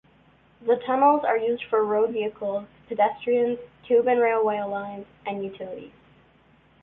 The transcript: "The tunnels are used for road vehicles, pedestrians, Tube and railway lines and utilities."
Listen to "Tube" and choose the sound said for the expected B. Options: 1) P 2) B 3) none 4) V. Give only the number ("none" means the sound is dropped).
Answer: 2